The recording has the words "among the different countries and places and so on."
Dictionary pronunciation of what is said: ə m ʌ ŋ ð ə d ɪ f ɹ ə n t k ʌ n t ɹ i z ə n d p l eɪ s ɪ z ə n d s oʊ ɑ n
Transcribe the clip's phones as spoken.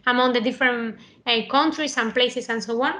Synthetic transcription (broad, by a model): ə m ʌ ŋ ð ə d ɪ f ɹ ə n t k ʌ n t ɹ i s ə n p l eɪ s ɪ s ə n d s oʊ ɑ n